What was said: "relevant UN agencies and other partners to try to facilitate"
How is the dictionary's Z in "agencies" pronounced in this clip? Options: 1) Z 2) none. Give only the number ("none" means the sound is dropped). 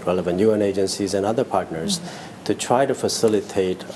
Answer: 1